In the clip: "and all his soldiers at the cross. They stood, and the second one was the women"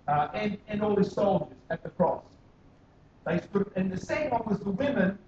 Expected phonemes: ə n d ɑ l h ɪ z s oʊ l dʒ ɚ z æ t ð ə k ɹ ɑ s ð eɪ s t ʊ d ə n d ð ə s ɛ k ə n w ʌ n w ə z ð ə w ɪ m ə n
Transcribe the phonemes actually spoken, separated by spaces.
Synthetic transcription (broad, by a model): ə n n ɑ l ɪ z s oʊ l dʒ ɚ z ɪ t ð ə k ɹ ɑ s ð eɪ s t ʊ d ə n ð ə s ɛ ə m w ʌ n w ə z ð ə w ɪ m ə n